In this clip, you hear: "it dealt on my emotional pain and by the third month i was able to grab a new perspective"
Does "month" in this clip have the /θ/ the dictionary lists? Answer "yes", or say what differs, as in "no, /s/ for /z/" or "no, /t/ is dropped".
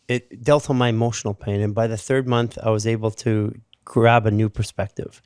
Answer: yes